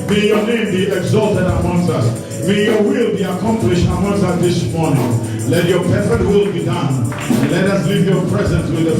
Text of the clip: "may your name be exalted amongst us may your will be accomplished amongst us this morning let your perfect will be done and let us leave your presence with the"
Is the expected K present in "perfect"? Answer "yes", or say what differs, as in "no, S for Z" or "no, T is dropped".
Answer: no, K is dropped